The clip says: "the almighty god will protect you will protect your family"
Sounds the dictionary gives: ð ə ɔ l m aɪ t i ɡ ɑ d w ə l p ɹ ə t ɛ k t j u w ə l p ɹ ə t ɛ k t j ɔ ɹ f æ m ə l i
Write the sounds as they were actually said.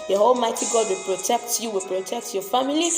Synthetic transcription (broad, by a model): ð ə ɔ l m aɪ t i ɡ ɑ d w ə l p ɹ ə t ɛ k t j u w ə l p ɹ ə t ɛ k t j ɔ f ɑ m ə l i